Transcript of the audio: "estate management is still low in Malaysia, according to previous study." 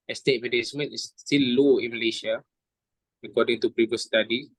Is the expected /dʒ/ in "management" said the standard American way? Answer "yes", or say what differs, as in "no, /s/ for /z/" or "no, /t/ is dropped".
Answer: no, /tʃ/ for /dʒ/